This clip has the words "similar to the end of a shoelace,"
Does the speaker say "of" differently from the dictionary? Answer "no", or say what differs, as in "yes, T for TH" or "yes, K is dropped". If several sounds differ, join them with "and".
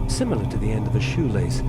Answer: no